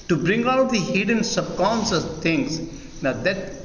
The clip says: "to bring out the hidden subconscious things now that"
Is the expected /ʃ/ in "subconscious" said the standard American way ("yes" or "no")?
no